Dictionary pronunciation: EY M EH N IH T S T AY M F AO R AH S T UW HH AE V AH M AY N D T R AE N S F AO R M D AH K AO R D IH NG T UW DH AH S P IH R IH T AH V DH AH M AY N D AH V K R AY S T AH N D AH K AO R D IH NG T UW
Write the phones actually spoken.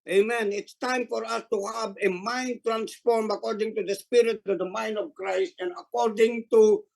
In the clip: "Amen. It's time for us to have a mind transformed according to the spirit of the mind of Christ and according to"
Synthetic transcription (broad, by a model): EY M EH N IH T S T AY M F AO R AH S T UW HH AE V AH M AY N D T R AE N S F AO R M AH K AO R D IH NG T UW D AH S P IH R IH T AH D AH M AY N D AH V K R AY S T AH N D AH K AO R D IH NG T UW